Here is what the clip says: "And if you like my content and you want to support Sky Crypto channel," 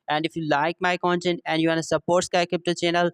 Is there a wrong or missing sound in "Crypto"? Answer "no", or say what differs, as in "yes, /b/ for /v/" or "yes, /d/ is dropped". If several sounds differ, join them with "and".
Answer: yes, /ɹ/ is dropped